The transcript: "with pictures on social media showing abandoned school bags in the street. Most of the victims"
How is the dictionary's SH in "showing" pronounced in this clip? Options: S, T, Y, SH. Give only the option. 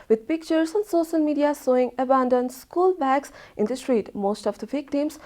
S